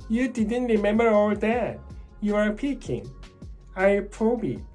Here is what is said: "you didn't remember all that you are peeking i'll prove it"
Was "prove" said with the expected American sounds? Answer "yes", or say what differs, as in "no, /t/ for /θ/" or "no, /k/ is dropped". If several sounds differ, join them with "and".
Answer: no, /b/ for /v/